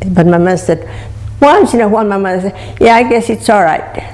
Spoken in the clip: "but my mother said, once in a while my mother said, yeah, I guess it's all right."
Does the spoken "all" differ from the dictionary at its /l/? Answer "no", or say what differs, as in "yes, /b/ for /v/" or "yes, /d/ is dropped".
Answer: no